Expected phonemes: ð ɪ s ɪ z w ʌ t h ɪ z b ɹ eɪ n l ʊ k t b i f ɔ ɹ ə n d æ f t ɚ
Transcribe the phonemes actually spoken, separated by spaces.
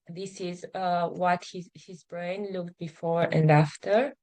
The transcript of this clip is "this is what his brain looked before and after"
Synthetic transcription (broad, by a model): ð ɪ s ɪ z w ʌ t h ɪ z b ɹ eɪ n l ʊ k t b i f ɔ ɹ ə n d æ f t ɚ